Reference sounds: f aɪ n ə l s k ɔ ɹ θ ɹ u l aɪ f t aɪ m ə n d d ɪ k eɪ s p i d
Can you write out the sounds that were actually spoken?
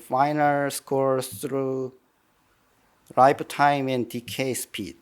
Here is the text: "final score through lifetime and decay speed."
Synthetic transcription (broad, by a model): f aɪ n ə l s k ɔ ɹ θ ɹ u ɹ aɪ p t aɪ m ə n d d ɪ k eɪ s p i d